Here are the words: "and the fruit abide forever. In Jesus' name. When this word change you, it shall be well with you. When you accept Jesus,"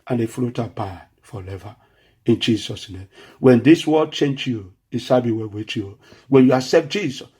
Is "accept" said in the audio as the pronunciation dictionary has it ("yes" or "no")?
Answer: no